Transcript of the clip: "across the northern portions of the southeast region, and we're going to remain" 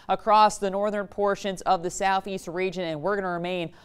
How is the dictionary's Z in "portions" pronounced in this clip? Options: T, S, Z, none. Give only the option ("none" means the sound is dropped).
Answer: Z